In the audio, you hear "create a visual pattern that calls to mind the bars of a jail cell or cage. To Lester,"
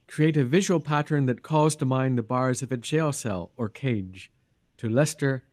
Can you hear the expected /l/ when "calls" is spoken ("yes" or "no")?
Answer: no